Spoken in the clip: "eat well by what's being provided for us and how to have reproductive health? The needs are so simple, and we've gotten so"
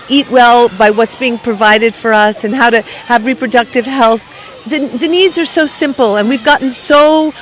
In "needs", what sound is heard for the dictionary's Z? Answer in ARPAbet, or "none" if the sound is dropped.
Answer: Z